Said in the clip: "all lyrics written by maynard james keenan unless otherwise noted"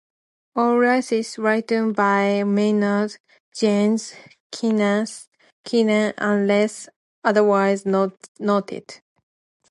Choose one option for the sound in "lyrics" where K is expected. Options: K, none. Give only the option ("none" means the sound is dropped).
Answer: none